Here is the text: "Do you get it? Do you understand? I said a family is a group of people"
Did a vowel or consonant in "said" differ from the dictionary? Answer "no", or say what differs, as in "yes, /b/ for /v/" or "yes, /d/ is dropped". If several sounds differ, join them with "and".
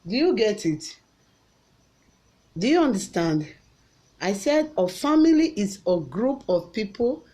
no